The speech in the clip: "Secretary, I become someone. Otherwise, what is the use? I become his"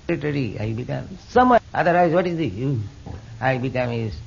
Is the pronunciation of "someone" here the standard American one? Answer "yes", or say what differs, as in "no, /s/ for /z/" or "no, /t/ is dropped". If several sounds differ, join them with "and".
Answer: no, /n/ is dropped